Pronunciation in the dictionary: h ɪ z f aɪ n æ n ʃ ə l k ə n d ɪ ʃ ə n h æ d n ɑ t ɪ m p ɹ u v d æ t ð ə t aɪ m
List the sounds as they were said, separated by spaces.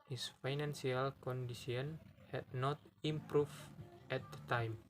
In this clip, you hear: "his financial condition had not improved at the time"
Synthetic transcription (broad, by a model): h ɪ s f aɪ n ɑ n s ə l k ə n d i s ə n h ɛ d n ɑ t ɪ m p ɹ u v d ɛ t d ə t aɪ m